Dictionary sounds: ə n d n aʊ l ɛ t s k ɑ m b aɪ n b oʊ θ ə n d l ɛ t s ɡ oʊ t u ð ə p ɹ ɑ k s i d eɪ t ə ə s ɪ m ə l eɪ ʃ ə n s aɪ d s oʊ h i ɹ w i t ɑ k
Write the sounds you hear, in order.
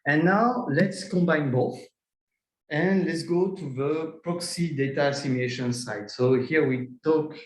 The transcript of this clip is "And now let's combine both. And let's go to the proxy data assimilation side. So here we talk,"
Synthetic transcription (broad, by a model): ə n n aʊ l ɛ t s k ɑ m b aɪ n b oʊ θ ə n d l ɛ t s ɡ oʊ t u ð ə p ɹ ɑ k s i d eɪ t ə s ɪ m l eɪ ʃ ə n s aɪ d s oʊ h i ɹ w i t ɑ k